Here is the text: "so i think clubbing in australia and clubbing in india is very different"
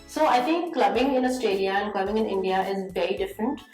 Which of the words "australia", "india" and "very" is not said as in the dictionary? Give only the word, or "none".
australia